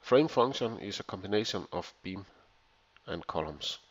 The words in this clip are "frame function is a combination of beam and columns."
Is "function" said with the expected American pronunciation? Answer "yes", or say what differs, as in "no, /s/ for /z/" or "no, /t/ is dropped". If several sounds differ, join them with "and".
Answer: no, /k/ is dropped